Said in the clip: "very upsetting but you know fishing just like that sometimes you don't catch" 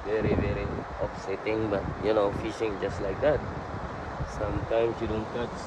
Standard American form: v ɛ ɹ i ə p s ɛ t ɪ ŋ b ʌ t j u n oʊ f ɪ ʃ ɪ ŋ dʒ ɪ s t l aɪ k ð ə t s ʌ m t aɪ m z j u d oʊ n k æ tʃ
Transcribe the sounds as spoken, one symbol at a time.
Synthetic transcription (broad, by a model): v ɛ ɹ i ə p s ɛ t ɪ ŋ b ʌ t j u n oʊ f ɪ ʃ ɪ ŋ dʒ ɪ s t l aɪ k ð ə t s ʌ m t aɪ m s j u d oʊ n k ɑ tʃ